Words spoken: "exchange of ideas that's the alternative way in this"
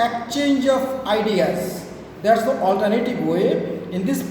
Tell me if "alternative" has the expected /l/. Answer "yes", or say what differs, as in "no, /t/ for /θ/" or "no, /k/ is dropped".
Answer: yes